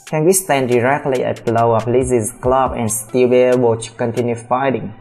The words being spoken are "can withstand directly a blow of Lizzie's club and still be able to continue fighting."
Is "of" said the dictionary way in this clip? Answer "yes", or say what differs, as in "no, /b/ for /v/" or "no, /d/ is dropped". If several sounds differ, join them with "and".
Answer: no, /p/ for /v/